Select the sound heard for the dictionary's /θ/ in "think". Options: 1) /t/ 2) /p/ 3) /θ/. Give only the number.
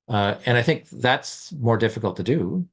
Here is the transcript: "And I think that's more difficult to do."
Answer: 3